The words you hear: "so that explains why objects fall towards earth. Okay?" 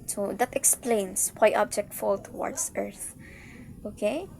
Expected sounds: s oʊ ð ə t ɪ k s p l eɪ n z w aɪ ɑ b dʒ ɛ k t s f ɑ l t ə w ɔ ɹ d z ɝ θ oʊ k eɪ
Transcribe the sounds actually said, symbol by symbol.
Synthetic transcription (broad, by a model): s oʊ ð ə t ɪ k s p l eɪ n s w aɪ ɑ b dʒ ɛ k t f ɑ l t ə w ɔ ɹ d s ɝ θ oʊ k eɪ